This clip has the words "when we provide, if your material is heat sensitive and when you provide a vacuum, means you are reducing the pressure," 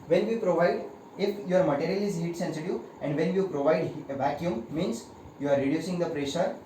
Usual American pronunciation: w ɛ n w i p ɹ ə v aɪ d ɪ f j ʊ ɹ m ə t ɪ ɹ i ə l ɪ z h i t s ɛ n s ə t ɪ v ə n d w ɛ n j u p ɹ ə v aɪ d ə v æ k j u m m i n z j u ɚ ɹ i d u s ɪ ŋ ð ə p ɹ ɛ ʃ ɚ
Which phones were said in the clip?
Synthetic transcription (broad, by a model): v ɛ n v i p ɹ ə v aɪ d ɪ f j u ɹ m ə t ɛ ɹ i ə l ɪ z h i t s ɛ n s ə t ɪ ə n d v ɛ n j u p ɹ ə v aɪ d ə v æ k j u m m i n s j u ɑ ɹ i d u s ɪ ŋ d ə p ɹ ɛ ʃ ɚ